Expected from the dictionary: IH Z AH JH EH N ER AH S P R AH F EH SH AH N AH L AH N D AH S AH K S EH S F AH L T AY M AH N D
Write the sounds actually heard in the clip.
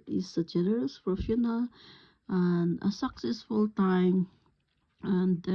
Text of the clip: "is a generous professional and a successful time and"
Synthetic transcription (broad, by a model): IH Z AH JH EH N ER AH S F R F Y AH N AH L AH N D AH S AH K S EH S F AH L T AY M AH N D